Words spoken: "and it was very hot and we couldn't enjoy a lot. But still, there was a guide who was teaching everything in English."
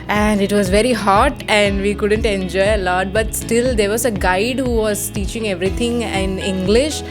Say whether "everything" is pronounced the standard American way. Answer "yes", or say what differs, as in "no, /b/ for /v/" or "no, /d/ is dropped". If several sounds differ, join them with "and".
no, /t/ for /θ/